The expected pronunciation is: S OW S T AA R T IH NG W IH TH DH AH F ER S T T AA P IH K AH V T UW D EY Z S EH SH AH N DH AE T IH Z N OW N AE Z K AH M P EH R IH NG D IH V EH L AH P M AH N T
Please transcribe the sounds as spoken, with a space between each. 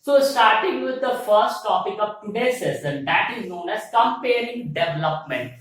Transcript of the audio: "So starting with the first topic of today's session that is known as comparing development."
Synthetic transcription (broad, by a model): S OW S T AA R T IH NG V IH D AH F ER S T T AA P IH K AH V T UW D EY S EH S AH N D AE T IH Z N OW N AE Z K AH M P EH R IH NG D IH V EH L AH P M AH N T